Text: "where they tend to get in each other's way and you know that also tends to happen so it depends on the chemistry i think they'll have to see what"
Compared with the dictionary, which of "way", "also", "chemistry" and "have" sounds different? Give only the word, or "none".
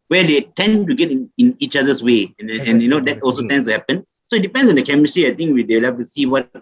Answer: have